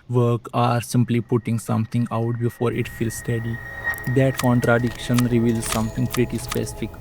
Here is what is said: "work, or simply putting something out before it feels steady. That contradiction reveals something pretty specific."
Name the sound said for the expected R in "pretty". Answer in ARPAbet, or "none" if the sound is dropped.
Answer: R